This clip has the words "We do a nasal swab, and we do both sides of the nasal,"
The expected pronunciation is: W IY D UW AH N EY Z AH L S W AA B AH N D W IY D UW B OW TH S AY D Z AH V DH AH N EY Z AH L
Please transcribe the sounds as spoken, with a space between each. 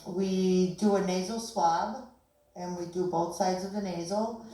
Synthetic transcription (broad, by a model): W IY D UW AH N EY Z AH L S W AA B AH N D W IY D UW B OW TH S AY D Z AH V DH AH N EY Z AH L